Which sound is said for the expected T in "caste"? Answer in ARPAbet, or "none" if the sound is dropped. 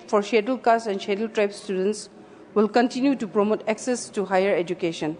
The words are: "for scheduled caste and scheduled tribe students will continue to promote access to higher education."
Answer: none